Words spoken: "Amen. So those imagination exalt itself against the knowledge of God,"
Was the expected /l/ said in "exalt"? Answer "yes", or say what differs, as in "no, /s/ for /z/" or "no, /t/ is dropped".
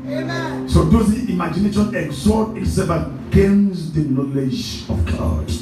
no, /l/ is dropped